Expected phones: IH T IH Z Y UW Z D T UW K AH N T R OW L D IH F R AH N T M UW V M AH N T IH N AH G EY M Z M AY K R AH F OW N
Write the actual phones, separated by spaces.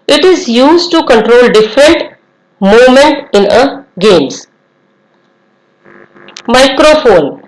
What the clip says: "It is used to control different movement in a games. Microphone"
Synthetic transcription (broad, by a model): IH T IH Z Y UW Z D T UW K AH N T R OW L D IH F R AH N T M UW M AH N T IH N AH G EY M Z M AY K R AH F OW N